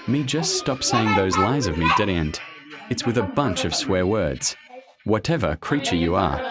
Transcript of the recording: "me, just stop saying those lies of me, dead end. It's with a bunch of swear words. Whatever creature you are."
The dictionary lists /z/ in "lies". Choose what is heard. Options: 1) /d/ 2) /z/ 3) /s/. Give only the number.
2